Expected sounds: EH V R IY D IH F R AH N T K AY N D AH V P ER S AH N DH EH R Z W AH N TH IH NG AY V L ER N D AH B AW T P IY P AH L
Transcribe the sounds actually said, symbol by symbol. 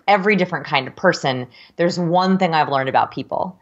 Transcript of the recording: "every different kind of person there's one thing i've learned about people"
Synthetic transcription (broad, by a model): EH V R IY D IH F R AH N K AY N D AH V P ER S AH N DH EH R Z W AH N TH IH NG AY V L ER N D AH B AW T P IY P L